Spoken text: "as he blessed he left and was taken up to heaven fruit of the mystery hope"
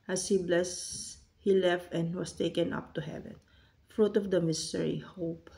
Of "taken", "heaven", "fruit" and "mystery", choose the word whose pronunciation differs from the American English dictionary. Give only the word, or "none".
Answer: none